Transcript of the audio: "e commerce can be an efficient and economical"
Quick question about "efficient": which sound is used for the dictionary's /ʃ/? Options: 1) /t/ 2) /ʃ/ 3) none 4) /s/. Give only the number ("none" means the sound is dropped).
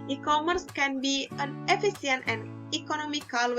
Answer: 4